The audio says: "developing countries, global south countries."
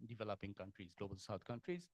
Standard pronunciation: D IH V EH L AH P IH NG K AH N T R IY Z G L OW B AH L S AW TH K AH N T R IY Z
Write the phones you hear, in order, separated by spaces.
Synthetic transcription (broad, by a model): D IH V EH L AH P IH NG K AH N T R IY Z G L OW B AH L S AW T K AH N T R IY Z